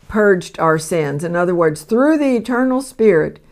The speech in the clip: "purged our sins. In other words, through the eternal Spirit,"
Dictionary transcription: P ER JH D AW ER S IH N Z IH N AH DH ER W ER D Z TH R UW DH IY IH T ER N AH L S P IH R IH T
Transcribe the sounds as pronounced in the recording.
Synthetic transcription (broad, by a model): P ER JH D AW ER S IH N Z IH N AH DH ER W ER D Z TH R UW DH IY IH T ER N L S P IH R IH T